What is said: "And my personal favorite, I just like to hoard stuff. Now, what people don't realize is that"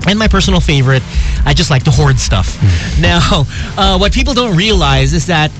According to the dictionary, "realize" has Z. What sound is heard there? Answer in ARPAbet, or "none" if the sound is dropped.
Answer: Z